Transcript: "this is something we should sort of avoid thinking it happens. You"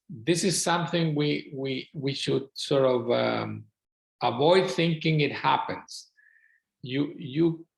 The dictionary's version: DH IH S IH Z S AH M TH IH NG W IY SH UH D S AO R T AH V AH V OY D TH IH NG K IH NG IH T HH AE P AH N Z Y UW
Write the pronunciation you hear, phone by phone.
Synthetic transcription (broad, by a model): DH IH S IH Z S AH M TH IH NG W IY SH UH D S AO R T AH V AH V OY D TH IH NG K IH NG IH T HH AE P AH N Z Y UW